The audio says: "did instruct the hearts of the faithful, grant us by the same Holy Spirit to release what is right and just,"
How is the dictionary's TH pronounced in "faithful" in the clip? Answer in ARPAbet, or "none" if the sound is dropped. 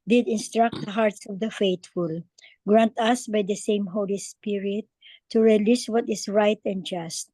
T